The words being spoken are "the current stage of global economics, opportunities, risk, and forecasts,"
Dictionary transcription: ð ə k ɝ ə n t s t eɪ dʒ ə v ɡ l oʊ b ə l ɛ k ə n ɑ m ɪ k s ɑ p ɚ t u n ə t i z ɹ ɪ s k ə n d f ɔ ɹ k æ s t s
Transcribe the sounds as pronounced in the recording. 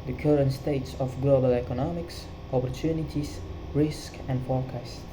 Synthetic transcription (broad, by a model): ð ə k ɝ ə n t s t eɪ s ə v ɡ l oʊ b ə l ɛ k ə n ɑ m ɪ k s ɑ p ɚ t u n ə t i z ɹ ɪ s k ə n d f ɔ ɹ k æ s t